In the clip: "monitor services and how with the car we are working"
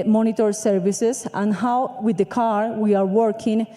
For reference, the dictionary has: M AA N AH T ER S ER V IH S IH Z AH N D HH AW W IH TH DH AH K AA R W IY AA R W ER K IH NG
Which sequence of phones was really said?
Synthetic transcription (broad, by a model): M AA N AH T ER S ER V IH S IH S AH N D HH AW W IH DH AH K AA R W IY AA R W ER K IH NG